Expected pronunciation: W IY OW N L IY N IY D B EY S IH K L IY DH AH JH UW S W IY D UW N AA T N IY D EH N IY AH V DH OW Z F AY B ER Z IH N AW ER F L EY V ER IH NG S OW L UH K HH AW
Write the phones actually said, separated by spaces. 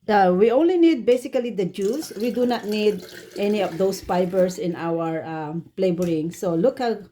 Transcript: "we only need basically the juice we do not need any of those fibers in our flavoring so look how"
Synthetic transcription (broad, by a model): W IY OW N L IY N IY D B EY S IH K L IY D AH JH UW S W IY D UW N AA T N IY D EH N IY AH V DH OW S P AY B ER S IH N AW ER P L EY B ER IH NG S OW L UH K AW